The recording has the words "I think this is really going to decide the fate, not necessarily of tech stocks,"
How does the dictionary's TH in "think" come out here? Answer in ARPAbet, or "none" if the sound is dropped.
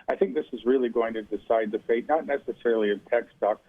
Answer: TH